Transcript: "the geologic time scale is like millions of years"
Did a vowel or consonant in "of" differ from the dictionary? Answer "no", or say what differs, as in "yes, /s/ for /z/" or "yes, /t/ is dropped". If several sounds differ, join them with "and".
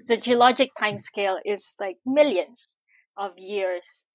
no